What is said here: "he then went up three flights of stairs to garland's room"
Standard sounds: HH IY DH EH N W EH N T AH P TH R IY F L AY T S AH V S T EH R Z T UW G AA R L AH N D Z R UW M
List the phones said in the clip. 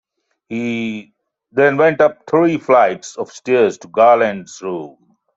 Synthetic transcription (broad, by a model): HH IY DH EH N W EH N T AH P T R IY F L AY T S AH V S T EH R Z T UW G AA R L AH N D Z R UW M